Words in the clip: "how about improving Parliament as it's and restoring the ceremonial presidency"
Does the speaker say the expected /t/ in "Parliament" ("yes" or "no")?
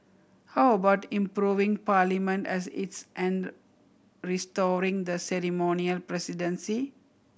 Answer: yes